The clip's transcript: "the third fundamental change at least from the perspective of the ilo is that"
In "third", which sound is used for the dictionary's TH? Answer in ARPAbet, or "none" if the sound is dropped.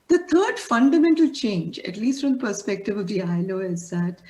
T